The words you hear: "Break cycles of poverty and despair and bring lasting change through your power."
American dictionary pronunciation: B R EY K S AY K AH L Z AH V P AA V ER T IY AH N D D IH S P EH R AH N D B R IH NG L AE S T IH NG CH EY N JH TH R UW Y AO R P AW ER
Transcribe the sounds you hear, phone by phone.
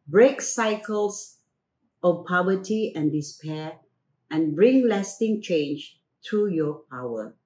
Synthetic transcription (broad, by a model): B R EY K S AY K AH L S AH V P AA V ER T IY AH N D D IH S P EH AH N B R IH NG L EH S T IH NG CH EY N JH T R UW Y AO P AW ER